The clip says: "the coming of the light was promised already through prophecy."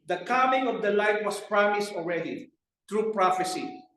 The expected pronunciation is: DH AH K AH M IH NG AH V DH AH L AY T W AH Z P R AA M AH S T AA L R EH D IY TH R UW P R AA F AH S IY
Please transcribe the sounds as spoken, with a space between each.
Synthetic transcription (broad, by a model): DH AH K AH M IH NG AH V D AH L AY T W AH S P R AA M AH S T AA L R EH D IY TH R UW P R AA F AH S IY